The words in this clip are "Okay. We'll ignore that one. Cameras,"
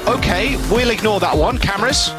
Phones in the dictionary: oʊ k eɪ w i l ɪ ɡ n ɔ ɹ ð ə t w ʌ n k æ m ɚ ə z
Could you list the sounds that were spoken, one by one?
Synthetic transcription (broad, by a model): oʊ k eɪ w i l ɪ ɡ n ɔ ð ə t w ʌ n k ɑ m ɚ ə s